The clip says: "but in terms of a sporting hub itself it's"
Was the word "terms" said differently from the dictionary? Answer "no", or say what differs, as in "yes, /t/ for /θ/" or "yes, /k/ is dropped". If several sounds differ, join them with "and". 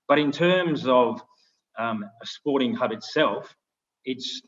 no